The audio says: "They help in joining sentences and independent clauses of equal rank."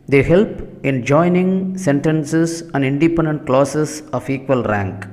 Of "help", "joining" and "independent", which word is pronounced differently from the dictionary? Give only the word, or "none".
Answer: none